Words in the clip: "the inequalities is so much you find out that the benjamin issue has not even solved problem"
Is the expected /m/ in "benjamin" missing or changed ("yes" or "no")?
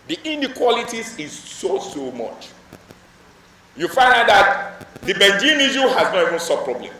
yes